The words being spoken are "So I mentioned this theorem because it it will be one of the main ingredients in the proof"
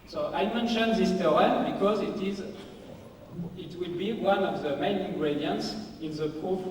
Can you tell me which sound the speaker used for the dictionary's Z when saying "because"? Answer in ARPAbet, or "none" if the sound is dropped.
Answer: Z